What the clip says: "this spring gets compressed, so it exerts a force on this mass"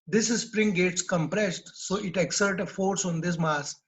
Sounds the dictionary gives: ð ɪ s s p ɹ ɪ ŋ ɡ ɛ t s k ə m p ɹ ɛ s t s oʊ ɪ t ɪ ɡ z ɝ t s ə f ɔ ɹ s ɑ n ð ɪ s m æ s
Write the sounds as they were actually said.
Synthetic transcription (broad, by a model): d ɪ s s p ɹ ɪ ŋ ɡ ɛ t s k ə m p ɹ ɛ s t s oʊ ɪ t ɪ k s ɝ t ə f ɔ ɹ s ɑ n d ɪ s m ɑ s